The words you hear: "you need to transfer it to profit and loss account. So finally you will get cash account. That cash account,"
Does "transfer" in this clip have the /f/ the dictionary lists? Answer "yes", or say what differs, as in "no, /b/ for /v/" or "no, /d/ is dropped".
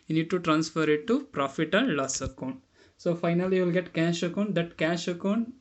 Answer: yes